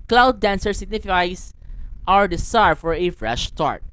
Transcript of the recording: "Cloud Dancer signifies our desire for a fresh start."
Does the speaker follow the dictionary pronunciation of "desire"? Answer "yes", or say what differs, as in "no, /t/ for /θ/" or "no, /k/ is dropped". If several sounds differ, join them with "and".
no, /s/ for /z/